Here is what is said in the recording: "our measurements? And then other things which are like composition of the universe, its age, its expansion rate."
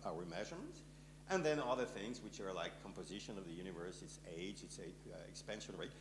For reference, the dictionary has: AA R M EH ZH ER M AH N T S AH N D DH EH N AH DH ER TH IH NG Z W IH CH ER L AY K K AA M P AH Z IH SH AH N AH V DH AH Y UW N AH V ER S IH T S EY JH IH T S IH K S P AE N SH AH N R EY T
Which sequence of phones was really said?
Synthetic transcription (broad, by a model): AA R M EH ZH ER M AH N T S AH N DH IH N AH DH ER TH IH NG Z W IH CH ER L AY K K AA M P AH Z IH SH AH N AH V DH AH Y UW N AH V ER S IH T S EY JH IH T S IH K S P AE N SH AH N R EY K